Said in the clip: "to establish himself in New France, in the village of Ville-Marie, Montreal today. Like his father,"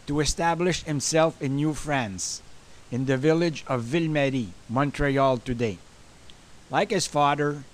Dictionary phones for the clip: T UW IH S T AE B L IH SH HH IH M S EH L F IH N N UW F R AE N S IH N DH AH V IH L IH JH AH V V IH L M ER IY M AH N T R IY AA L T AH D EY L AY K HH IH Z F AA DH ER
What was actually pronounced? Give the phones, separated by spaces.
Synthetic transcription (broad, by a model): T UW IH S T AE B L IH SH HH IH M S EH L F IH N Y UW F R AE N S IH N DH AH V IH L IH JH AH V V IH L M ER IY M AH N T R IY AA L T AH D EY L AY K HH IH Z F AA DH ER